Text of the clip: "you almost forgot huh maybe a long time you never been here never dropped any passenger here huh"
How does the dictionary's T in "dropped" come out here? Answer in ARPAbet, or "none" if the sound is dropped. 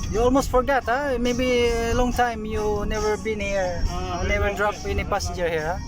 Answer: none